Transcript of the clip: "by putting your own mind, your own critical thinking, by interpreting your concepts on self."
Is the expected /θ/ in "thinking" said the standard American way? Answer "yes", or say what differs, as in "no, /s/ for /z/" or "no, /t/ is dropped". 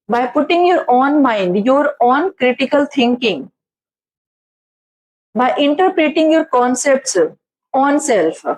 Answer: no, /t/ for /θ/